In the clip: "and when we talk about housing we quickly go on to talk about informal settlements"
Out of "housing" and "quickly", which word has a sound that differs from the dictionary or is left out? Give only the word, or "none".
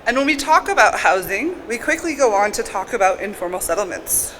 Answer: none